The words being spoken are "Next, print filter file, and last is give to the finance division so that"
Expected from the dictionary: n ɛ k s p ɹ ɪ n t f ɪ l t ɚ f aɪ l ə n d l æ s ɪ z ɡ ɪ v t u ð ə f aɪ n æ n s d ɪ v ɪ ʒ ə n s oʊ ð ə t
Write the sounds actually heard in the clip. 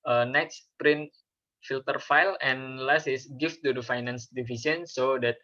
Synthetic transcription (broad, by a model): n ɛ k s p ɹ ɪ n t f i l t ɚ f aɪ l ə n l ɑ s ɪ s ɡ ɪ f t u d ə f aɪ n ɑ n s d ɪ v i s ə n s oʊ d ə t